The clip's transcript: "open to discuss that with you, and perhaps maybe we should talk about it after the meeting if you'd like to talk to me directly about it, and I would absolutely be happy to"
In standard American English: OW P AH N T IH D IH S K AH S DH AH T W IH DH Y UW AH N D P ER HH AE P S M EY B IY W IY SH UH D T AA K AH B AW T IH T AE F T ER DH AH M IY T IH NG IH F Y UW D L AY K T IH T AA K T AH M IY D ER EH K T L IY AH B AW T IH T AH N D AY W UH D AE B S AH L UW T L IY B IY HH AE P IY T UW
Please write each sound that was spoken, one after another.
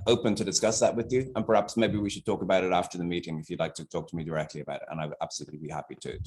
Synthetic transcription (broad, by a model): OW P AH N T IH D IH S K AH S DH AH T W IH DH Y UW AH N P ER HH AE P S M EY B IY W IY SH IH D T AA K AH B AW T IH T AE F T ER DH AH M IY T IH NG IH F Y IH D L AY K T IH T AA K T AH M IY D ER EH K T L IY AH B AW T IH T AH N AY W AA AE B S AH L UW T L IY B IY HH AE P IY T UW